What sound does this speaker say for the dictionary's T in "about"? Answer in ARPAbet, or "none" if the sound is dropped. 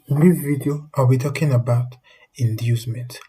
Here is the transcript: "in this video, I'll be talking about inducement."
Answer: T